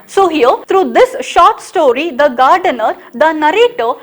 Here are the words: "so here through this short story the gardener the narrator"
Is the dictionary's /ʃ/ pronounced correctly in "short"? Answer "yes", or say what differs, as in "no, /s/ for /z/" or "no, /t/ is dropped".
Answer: yes